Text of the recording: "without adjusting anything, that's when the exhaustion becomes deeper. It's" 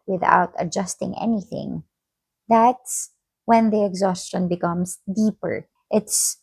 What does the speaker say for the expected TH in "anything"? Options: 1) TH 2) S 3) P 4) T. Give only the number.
1